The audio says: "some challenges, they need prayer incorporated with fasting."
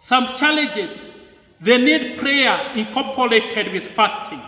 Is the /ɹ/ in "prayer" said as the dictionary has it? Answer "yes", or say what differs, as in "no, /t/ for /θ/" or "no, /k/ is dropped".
yes